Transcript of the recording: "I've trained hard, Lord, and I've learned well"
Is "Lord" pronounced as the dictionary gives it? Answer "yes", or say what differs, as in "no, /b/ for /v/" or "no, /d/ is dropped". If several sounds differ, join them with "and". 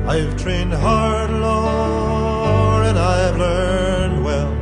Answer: no, /d/ is dropped